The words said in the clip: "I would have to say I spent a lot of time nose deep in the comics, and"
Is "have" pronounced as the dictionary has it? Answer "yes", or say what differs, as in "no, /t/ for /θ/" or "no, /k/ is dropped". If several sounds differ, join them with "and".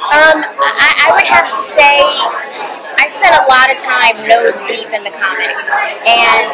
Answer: no, /f/ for /v/